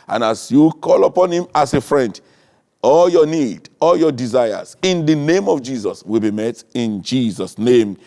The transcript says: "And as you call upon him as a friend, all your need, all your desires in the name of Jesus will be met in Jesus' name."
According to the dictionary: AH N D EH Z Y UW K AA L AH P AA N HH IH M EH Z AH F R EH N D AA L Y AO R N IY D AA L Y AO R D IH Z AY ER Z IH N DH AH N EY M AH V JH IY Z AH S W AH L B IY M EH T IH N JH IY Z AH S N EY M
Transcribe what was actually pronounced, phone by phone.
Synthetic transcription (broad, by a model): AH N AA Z Y UW K AA L AH P AA N HH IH M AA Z AH F R EH N D AA L Y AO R N IY D AA L Y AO D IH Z AY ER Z IH N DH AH N EY M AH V JH IY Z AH S W AH L B IY M EH T IH N JH IY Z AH S N EY M